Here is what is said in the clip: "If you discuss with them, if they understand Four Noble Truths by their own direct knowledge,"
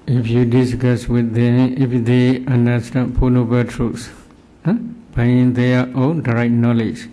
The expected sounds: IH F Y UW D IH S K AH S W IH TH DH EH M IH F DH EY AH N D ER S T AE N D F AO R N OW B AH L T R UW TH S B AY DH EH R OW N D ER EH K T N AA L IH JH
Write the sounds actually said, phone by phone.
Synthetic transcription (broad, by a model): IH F Y UW D IH S K AH S W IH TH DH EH M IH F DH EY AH N D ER S T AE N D P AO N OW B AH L T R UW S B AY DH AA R OW N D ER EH T N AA L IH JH